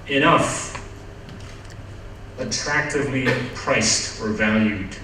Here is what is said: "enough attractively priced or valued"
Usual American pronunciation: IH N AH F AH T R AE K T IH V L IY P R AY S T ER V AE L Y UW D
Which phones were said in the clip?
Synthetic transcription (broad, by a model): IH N AH F AH T R AE K T IH V L IY P R AY S T ER V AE L Y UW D